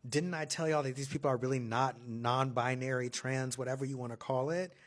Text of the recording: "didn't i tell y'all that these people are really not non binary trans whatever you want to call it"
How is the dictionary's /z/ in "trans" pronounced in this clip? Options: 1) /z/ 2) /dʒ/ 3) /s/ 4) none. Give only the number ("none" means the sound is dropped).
1